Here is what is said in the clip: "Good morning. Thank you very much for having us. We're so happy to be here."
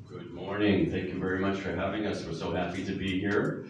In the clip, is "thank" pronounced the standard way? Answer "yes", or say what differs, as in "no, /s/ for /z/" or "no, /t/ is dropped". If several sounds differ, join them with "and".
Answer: yes